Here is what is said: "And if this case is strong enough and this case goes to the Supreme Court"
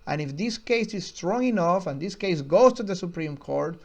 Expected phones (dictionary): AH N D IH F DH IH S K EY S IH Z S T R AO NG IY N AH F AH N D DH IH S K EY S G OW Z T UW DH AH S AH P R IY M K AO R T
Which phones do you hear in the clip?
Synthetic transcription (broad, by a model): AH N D IH F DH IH S K EY S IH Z S T R AO NG IY N AH F AH N D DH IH S K EY S G OW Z T UW DH AH S AH P R IY M K AO R T